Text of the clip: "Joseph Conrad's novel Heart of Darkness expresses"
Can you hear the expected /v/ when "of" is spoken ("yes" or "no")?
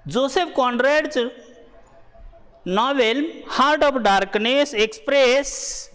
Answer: no